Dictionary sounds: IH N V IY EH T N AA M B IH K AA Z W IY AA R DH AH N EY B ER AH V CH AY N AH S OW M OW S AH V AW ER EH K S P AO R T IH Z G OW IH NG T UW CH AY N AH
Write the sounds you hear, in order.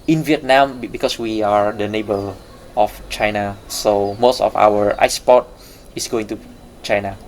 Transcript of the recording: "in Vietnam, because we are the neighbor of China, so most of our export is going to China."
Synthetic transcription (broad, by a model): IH N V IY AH T N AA M B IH K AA S W IY AA R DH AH N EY B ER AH F CH AY N AH S OW M OW S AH F AW ER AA S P AO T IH S G OW IH NG T UW CH AY N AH